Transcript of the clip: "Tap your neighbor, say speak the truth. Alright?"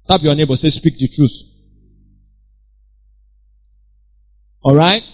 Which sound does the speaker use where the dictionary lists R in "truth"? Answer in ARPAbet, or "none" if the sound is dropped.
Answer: R